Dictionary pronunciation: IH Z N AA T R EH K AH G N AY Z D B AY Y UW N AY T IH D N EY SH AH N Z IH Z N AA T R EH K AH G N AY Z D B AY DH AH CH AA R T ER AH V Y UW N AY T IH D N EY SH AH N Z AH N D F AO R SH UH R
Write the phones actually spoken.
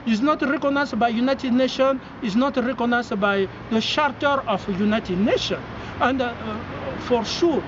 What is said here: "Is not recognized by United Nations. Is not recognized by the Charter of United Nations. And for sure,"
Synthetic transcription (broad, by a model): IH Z N AA T R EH K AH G N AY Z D B AY Y UW N AY T IH D N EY SH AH N IH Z N AA T R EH K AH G N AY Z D B AY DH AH SH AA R T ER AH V Y UW N AY T IH D N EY SH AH N AH N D F AO R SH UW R